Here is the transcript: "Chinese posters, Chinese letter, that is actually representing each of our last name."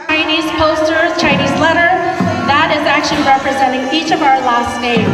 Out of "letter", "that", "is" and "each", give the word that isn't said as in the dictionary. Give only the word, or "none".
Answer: none